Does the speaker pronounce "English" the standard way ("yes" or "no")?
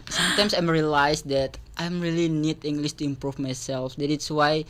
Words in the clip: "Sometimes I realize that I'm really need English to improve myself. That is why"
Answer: no